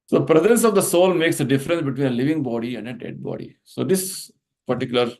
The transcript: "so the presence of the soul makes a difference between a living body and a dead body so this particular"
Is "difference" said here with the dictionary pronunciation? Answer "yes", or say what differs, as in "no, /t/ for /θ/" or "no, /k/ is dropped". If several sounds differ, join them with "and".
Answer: yes